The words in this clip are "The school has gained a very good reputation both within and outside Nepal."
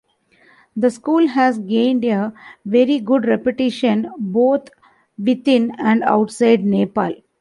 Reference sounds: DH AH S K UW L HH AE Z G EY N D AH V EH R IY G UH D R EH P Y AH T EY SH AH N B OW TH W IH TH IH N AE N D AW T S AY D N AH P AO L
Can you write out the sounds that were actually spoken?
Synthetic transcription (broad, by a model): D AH S K UW L HH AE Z G EY N D AH V EH R IY G UH D R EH P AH T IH SH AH N B OW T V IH T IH N AE N D AW T S AY D N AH P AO L